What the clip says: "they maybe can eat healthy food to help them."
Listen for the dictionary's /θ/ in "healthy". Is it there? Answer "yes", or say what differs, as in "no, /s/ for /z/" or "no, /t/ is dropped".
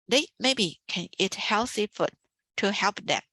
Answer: no, /s/ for /θ/